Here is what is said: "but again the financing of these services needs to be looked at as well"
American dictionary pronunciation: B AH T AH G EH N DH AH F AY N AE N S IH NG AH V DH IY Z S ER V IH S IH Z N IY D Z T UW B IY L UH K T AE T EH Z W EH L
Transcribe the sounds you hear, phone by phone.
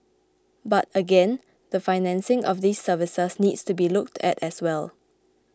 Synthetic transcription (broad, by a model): B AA T AH G EH N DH AH F AY N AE N S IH NG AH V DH IY S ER V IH S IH S N IY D S T UW B IY L UH K T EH T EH S W EH L